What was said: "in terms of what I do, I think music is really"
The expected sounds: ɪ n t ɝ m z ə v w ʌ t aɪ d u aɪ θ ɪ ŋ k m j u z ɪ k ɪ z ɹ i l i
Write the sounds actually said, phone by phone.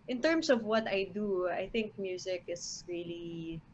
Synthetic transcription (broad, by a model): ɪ n t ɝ m s ə v w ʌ t aɪ d u aɪ θ ɪ ŋ k m j u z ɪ k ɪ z ɹ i l i